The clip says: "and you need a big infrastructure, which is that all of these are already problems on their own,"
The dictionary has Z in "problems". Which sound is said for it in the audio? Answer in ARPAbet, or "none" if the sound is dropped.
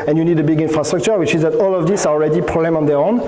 none